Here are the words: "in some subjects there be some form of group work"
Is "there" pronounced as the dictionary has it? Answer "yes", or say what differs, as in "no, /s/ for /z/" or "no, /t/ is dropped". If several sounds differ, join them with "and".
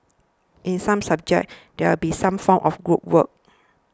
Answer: no, /w/ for /ɹ/